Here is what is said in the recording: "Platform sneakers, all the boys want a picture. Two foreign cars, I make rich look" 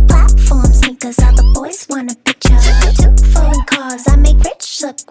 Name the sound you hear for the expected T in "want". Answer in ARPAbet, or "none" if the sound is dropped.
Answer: none